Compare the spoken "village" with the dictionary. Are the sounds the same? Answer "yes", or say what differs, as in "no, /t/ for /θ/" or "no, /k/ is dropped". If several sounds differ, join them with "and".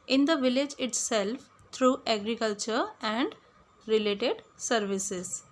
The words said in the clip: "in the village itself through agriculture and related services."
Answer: yes